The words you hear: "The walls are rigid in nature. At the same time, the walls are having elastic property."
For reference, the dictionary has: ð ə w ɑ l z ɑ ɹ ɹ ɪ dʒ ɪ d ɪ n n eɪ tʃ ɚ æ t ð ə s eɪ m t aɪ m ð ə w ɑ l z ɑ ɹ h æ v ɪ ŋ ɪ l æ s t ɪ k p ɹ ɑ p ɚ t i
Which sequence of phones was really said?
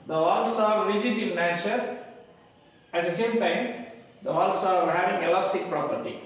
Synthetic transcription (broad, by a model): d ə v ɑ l s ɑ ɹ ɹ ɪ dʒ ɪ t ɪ l n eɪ tʃ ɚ æ t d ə s eɪ m t aɪ m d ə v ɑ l s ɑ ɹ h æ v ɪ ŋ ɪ l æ s t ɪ k p ɹ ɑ p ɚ t i